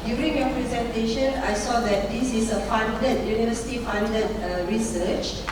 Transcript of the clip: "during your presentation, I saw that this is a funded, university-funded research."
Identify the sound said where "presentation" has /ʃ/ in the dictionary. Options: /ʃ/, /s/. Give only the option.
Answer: /ʃ/